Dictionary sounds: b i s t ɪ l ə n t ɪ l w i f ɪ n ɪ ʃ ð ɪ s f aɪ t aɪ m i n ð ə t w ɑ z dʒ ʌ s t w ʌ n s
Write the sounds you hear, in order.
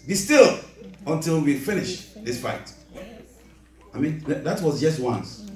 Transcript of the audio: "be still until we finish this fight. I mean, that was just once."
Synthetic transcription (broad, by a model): b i s t ɪ l ə n t ɪ l w i f ɪ n ɪ ʃ ð ɪ s f aɪ t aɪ m i n ð ə t w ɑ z dʒ ʌ s t w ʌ n s